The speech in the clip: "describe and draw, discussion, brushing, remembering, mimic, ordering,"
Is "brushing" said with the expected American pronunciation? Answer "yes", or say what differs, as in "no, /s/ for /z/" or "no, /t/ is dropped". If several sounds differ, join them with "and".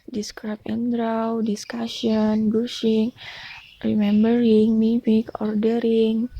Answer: no, /ɹ/ is dropped